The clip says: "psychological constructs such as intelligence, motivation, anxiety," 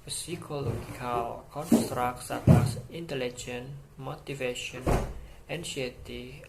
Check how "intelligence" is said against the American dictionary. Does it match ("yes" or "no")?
no